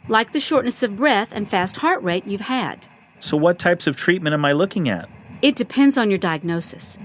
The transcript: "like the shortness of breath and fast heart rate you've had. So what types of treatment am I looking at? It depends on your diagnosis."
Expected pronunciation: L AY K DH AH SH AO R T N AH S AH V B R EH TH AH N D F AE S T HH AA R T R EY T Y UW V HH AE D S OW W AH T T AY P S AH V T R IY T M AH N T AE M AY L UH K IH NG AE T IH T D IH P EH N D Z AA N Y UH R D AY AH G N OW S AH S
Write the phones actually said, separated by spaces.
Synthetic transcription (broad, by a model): L AY K DH AH SH AO R T N AH S AH V B R EH TH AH N F AE S T HH AA R T R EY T Y UW V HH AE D S OW W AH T T AY P S AH V T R IY T M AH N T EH M AY L UH K IH NG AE T IH T D IH P EH N D Z N Y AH R D AY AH G N OW S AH S